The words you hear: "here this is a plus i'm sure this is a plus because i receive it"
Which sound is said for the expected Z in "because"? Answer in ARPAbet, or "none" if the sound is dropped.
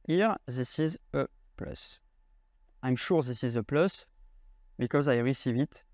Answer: Z